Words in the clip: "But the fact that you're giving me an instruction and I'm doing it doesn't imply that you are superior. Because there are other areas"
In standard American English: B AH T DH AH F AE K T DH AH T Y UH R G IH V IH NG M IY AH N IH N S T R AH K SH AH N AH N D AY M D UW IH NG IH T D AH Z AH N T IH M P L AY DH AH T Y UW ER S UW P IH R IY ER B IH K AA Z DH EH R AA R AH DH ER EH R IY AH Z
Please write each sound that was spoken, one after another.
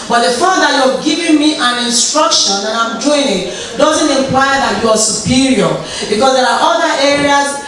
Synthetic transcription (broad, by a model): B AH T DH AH F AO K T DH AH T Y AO G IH V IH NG M IY AH N IH N S T R AH K SH AH N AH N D AY M D UW IH NG IH T D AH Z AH N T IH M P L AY DH AH T Y UW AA S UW P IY R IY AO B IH K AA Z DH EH R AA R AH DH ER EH R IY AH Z